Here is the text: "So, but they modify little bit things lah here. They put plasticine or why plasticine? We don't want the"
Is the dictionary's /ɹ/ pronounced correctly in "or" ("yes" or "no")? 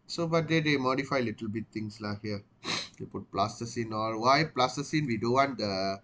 no